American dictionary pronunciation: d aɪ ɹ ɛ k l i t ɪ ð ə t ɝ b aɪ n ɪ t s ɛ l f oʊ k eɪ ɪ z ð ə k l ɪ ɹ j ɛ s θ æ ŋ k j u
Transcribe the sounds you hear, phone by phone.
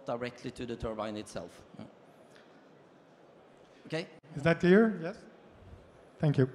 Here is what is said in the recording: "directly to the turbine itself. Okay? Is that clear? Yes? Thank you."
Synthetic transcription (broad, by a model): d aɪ ɹ ɛ k l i t ɪ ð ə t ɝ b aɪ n ɪ t s ɛ l f oʊ k eɪ ɪ z ð ə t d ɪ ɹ j ɛ s θ æ ŋ k j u